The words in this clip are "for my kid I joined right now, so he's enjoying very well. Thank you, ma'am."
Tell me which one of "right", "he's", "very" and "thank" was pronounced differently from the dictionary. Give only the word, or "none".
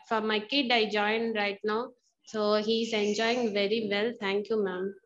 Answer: thank